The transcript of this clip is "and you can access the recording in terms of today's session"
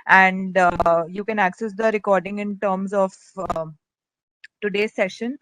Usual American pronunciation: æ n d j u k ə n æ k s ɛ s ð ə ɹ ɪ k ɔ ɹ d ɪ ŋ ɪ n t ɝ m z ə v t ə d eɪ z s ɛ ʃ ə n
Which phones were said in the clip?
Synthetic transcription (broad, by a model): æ n d j u k ə n æ k s ɛ s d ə ɹ ɪ k ɔ ɹ d ɪ ŋ ɪ n t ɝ m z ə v t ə d eɪ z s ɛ ʃ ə n